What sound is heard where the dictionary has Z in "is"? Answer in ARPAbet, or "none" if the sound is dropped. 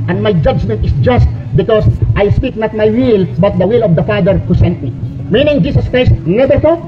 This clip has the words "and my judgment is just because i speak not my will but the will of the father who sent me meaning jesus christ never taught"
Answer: S